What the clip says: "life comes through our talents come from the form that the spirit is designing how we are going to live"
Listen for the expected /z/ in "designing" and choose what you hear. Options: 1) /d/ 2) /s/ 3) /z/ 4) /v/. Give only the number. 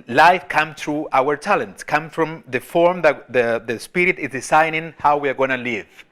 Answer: 2